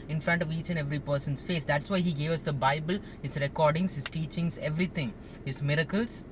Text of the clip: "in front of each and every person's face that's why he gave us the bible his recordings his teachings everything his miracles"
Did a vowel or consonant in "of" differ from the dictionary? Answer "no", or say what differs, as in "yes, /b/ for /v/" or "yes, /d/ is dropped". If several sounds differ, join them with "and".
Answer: no